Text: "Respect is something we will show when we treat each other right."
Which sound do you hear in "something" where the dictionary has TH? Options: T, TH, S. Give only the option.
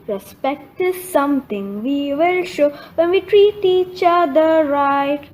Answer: T